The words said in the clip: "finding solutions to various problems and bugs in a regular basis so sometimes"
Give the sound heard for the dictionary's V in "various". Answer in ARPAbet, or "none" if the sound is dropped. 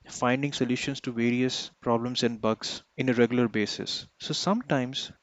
V